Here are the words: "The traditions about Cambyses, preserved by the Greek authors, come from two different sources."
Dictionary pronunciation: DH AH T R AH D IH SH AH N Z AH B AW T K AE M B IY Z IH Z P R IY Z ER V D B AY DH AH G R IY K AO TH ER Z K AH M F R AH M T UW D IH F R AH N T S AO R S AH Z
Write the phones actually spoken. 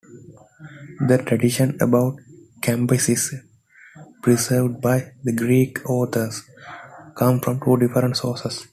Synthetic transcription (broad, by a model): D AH T R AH D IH SH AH N AH B AW T K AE M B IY S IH S P R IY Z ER V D B AY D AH G R IY K AO T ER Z K AH M F R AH M T UW D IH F R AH N T S AO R S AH S